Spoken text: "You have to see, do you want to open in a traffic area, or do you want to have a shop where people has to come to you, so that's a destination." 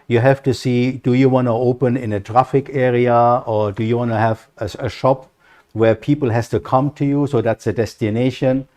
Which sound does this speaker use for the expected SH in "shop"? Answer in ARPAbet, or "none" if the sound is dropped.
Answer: SH